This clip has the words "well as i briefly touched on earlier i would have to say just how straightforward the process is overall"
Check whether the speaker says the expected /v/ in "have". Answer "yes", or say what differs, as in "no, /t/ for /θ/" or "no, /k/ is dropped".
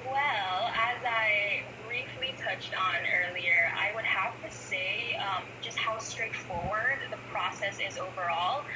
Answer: no, /f/ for /v/